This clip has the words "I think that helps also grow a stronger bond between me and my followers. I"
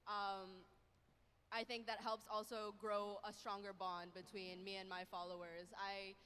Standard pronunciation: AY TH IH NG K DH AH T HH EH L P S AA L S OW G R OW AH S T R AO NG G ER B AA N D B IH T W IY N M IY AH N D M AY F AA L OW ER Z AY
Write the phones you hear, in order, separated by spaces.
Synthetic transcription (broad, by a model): AY TH IH NG K DH AH T HH EH L P S AA L S OW G R OW AH S T R AO NG G ER B AA N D B IH T W IY N M IY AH N M AY F AA L OW ER Z AY